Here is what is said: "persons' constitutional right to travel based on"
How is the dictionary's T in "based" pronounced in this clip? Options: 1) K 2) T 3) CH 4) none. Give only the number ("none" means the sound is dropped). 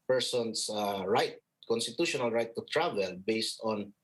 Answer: 2